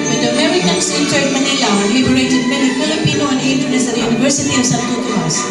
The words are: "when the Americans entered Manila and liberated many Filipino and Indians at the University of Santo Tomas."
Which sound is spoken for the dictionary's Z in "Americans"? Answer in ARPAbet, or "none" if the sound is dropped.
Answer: S